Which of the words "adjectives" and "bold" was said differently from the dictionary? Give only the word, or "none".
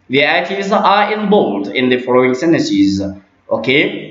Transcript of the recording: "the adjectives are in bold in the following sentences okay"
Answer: adjectives